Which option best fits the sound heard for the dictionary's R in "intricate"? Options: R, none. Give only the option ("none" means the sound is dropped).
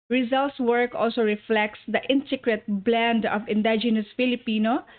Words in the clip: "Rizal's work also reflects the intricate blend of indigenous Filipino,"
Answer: none